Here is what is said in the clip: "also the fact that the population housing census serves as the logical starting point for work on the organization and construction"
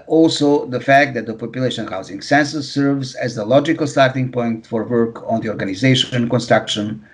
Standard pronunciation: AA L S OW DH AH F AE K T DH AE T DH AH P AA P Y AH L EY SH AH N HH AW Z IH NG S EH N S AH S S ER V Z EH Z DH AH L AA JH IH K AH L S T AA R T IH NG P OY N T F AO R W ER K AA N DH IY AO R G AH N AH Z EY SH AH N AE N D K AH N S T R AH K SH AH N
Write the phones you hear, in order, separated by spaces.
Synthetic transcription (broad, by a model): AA L S OW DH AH F AE K T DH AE T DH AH P AA P Y AH L EY SH AH N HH AW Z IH NG S EH N S AH S S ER V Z EH Z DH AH L AA JH IH K AH L S T AA R T IH NG P OY N T F AO R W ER K AA N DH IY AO R G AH N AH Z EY SH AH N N K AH N S T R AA K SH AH N